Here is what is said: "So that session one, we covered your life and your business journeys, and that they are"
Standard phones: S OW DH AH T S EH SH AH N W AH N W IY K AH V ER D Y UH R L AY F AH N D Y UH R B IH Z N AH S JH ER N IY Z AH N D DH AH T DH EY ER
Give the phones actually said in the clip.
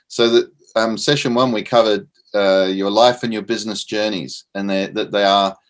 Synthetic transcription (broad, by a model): S OW DH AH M S EH SH AH N W AH N W IY K AH V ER D Y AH R L AY F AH N Y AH R B IH Z N AH S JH ER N IY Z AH N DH DH AH T DH EY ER